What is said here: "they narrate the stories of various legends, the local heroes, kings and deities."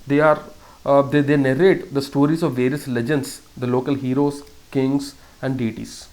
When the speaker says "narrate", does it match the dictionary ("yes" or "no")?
yes